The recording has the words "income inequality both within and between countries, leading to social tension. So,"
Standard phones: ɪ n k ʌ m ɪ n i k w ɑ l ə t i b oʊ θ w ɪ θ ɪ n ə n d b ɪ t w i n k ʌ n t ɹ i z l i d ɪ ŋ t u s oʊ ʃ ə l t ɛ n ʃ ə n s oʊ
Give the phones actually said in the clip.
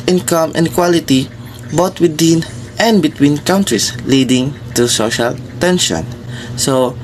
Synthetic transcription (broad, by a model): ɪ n k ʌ m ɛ n k w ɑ l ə t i b oʊ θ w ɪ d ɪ n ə n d b ɪ t w i n k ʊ n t ɹ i s l i d ɪ ŋ t u s oʊ ʃ ə l t ɛ n ʃ ə n s oʊ